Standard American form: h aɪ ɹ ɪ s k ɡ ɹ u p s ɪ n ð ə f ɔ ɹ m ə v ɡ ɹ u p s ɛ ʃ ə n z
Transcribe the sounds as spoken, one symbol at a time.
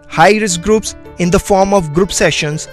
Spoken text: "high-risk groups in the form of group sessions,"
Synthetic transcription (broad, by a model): h aɪ ɹ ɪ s ɡ ɹ u p s ɪ n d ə f ɔ ɹ m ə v ɡ ɹ u p s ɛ ʃ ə n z